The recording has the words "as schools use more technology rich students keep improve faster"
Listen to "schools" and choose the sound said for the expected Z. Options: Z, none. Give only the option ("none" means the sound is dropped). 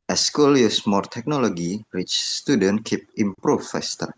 none